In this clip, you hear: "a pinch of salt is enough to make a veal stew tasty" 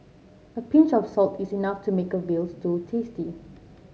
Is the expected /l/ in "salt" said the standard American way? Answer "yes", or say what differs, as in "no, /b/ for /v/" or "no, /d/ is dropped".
yes